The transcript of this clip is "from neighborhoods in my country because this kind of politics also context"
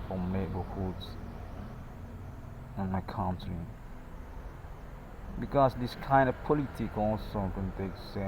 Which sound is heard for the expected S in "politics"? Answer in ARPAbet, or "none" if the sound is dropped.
none